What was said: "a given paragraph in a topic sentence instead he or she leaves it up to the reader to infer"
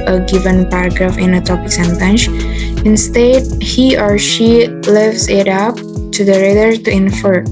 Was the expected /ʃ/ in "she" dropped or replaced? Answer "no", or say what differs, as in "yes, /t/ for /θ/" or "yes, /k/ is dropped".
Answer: no